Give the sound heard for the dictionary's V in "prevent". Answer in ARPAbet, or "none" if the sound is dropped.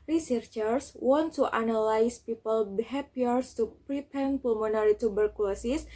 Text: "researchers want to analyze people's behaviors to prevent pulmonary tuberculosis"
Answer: P